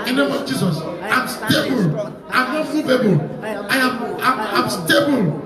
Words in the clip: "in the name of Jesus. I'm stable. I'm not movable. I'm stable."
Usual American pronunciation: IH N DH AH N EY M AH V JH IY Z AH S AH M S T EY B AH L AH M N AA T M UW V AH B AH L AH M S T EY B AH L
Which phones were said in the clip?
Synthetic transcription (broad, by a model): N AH N EY M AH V JH IY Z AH S AH M S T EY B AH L AH M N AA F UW B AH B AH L AH M S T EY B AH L